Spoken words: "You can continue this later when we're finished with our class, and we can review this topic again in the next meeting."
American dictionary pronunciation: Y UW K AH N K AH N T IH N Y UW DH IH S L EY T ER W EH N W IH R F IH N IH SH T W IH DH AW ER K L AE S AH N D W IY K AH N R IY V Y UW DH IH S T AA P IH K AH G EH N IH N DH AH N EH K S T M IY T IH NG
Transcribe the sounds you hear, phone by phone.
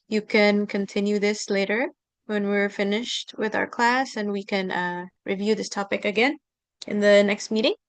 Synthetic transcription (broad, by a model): Y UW K AH N K AH N T IH N Y UW DH IH S L EY T ER W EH N W IH R F IH N IH SH T W IH DH AW ER K L AE S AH N W IY K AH N R IY V Y UW DH IH S T AA P IH K AH G EH N IH N DH AH N EH K S T M IY T IH NG